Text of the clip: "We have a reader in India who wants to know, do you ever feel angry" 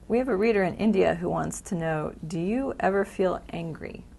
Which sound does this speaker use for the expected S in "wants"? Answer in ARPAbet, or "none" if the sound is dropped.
S